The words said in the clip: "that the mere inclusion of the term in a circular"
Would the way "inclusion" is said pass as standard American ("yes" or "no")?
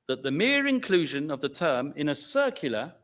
yes